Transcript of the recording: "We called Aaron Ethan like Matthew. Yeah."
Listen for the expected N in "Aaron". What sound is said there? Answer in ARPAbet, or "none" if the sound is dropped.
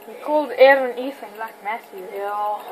N